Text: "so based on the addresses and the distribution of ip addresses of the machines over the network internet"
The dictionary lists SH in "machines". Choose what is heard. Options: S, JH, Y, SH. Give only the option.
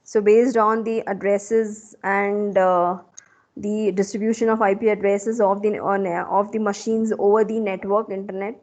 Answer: SH